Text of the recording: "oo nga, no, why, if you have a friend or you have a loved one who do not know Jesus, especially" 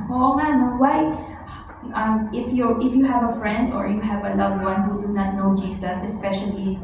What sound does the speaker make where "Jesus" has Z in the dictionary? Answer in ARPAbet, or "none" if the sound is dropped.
S